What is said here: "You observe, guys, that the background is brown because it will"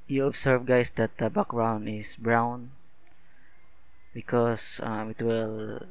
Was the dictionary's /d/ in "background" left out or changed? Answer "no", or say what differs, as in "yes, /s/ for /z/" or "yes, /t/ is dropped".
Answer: yes, /d/ is dropped